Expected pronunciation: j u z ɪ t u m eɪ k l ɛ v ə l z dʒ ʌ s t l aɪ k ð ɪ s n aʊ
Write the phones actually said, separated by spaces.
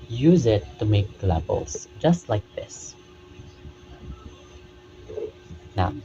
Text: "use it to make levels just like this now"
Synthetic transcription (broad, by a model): j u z ɪ t u m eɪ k l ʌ b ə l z dʒ ʌ s t l aɪ k ð ɪ s n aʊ